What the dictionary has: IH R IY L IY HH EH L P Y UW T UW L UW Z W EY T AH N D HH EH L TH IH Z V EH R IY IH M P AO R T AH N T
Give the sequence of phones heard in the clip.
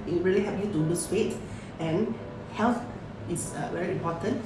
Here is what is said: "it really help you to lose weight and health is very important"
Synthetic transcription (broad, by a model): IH R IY L IY HH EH P Y UW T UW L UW S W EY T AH N HH EH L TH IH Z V EH R IY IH M P AO T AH N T